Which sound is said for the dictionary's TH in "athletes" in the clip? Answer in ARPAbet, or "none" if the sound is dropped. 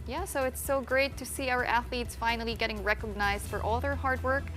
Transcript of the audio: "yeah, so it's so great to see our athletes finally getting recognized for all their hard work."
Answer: TH